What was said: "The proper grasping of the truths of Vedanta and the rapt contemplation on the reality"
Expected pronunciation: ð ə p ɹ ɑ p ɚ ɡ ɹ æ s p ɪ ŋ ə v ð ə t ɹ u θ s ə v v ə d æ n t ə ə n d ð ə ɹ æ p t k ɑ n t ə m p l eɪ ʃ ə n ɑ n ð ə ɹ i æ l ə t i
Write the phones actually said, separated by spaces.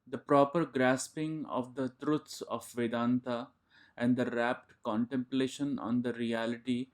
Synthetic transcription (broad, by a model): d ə p ɹ ɑ p ɚ ɡ ɹ æ s p ɪ ŋ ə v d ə t ɹ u t s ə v v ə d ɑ n t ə ə n d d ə ɹ æ p t k ɑ n t ə m p l eɪ ʃ ə n ɑ n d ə ɹ i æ l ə t i